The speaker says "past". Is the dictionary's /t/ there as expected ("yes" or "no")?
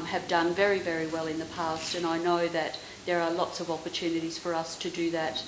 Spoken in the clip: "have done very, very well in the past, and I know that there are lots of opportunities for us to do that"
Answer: yes